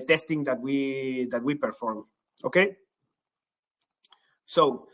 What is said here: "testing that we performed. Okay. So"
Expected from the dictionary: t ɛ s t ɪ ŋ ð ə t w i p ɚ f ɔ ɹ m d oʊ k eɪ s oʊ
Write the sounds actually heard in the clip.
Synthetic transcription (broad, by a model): t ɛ s t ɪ ŋ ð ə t w i p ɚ f ɔ ɹ m oʊ k eɪ s oʊ